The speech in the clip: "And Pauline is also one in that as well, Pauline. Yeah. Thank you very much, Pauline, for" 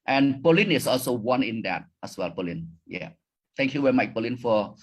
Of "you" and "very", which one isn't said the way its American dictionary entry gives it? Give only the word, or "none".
very